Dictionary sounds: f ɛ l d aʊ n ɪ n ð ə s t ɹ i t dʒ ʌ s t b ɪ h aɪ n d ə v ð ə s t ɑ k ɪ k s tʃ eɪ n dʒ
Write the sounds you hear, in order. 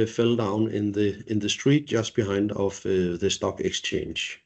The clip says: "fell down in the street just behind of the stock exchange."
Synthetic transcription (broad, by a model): f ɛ l d aʊ n ɪ n ð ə s t ɹ i t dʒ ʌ s b ɪ h aɪ n d ə v ð ə s t ɑ k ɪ k s tʃ eɪ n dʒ